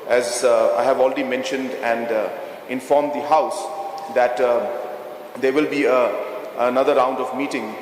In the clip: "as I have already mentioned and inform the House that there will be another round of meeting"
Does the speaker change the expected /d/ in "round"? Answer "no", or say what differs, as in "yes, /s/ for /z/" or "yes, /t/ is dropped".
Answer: no